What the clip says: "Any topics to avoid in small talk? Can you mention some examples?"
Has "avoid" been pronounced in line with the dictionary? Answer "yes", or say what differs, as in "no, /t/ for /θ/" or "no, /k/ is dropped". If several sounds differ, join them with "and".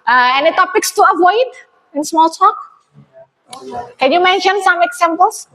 yes